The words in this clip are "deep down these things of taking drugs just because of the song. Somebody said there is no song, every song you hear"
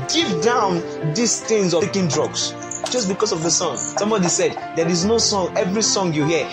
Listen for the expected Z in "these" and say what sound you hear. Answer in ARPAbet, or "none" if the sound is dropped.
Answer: S